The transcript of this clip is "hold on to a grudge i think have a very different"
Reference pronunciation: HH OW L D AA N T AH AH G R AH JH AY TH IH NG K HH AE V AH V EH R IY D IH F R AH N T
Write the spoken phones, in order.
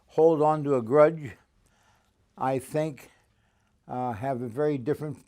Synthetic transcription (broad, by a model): HH OW L D N T AH AH G R AH JH AY TH IH NG K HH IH V AH V EH R IY D IH F R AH N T